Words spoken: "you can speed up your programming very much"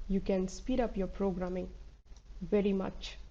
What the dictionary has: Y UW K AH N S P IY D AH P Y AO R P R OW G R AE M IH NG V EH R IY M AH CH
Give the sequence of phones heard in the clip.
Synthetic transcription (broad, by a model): Y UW K AH N S P IY D AH P Y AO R P R OW G R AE M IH NG V EH R IY M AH CH